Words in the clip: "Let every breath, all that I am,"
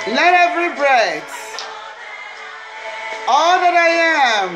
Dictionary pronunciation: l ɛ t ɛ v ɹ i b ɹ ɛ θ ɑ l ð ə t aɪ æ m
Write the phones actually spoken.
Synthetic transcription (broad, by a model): l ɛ t ɛ v ɹ i b ɹ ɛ s ɑ l ð ə t aɪ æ m